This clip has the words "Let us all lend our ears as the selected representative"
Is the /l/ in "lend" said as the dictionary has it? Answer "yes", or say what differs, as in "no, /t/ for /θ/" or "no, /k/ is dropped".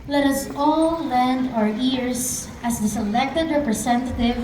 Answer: yes